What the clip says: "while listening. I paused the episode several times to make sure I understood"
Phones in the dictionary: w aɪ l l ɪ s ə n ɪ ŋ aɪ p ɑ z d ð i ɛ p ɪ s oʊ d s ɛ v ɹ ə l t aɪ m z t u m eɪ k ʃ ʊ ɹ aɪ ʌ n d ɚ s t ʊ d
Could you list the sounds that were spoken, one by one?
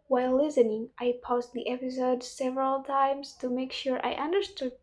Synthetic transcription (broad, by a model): w aɪ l l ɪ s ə n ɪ ŋ aɪ p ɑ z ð i ɛ p ɪ s oʊ d s ɛ v ɹ ə l t aɪ m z t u m eɪ k ʃ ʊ ɹ aɪ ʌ n d ɚ s t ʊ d